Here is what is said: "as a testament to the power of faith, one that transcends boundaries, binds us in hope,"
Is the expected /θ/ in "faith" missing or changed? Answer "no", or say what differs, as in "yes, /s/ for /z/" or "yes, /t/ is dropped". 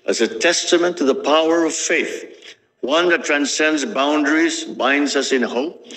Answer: no